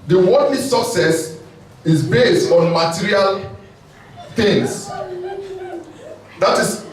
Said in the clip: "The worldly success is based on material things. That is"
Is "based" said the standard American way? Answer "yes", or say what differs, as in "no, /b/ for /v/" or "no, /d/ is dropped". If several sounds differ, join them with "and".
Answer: yes